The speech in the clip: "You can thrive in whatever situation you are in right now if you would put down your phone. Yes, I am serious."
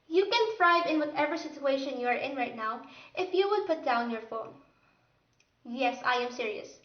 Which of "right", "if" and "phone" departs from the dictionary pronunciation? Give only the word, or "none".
none